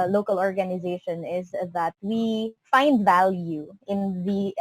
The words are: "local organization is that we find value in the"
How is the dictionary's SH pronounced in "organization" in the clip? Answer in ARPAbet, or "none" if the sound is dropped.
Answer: SH